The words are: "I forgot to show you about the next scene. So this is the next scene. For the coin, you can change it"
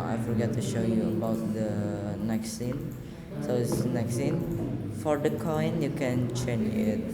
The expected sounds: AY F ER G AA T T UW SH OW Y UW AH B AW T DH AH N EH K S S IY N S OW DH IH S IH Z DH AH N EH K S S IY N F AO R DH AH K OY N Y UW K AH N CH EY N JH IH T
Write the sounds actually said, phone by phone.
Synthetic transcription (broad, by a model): AY F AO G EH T T UW SH OW Y UW AH B AW T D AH N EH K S S IY N S OW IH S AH N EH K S S IY N F AO R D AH K OY N Y UW K AH N CH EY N IH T